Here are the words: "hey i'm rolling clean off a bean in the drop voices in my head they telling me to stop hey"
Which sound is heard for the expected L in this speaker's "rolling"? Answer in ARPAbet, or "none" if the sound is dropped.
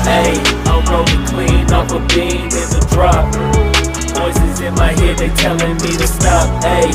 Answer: none